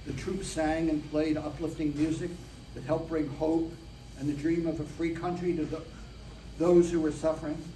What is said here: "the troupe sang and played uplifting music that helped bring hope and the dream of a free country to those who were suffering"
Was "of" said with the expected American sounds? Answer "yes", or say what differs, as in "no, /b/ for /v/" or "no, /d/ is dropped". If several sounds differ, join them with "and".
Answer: yes